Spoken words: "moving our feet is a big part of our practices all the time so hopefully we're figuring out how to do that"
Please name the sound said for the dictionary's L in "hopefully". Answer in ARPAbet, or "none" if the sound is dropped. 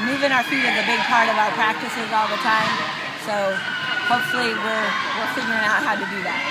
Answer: W